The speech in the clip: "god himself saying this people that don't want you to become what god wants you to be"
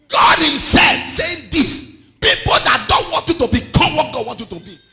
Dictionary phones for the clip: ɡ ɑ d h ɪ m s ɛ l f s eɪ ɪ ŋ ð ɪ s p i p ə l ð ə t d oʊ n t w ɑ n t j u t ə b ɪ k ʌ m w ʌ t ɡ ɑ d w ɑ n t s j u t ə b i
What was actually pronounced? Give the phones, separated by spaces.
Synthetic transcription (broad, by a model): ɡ ɑ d h ɪ m s ɛ l f s eɪ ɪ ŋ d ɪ s p i p ə l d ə t d oʊ n t w ɑ n t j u t ə b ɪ k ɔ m w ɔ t ɡ ɑ d w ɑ n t j u t ə b i